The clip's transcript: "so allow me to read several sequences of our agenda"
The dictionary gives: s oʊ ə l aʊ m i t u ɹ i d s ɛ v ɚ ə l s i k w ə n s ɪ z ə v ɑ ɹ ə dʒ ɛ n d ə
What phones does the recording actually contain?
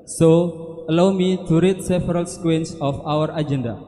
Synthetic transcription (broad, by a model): s oʊ ə l aʊ m i t u ɹ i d s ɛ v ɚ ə l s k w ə n s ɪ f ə w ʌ ɹ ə dʒ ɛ n d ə